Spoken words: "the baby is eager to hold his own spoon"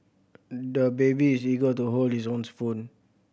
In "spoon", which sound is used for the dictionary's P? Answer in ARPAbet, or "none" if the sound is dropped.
F